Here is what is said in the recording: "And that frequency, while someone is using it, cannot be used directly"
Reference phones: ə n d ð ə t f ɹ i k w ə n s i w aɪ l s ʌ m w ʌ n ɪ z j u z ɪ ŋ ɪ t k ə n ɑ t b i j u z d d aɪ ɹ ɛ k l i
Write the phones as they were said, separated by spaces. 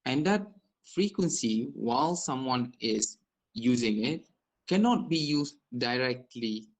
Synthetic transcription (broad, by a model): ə n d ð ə t f ɹ i k w ə n s i w aɪ l s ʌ m w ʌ n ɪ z j u z ɪ ŋ ɪ t k ə n ɑ t b i j u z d d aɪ ɹ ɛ k l i